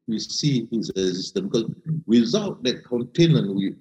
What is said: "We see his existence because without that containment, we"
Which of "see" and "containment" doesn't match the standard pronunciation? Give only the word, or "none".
containment